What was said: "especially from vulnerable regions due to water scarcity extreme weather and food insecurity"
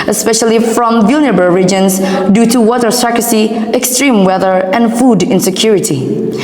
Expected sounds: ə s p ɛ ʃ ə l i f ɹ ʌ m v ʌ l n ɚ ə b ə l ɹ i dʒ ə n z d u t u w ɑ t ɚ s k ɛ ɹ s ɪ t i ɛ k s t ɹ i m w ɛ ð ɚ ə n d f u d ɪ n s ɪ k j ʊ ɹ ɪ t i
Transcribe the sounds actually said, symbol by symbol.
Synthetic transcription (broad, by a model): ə s p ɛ ʃ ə l i f ɹ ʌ m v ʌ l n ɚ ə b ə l ɹ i dʒ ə n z d u t u w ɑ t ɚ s ɛ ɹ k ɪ s i ɛ k s t ɹ i m w ɛ ð ɚ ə n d f u d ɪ n s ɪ k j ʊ ɹ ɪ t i